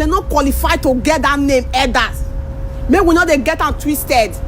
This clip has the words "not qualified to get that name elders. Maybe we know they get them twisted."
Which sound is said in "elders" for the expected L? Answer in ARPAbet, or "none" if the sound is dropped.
none